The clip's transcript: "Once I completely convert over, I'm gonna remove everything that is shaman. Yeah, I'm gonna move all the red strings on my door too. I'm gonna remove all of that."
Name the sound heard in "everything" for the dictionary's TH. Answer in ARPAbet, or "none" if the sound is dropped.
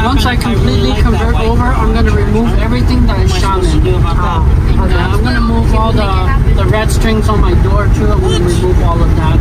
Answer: TH